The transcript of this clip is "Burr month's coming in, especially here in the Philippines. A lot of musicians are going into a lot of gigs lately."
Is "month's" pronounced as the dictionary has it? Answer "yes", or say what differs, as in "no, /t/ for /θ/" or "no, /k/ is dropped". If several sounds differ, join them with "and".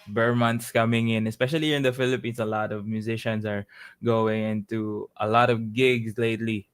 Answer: no, /t/ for /θ/